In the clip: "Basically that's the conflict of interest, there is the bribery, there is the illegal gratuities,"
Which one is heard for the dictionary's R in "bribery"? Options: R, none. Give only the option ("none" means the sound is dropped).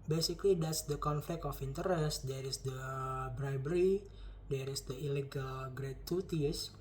R